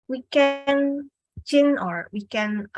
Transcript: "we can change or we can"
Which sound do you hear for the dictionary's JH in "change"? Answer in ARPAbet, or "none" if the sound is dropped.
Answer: none